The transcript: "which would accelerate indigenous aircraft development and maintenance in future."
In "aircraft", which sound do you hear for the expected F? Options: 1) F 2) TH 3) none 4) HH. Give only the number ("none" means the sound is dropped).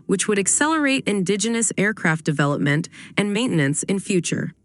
1